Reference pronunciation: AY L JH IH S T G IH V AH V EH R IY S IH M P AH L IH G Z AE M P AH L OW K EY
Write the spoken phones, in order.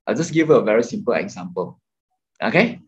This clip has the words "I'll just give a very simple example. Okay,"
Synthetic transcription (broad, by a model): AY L JH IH S G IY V AH V EH R IY S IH M P AH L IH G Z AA M P AH L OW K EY